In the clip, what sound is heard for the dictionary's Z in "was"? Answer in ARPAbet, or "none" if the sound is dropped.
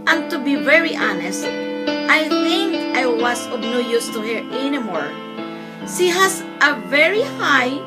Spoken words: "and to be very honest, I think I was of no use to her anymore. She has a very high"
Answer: S